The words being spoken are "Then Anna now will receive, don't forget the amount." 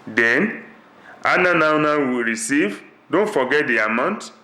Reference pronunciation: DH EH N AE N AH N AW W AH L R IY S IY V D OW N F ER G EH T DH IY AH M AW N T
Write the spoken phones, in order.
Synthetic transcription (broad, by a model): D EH N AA N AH N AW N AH W R IY S IY V D OW N F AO G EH T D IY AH M AW N T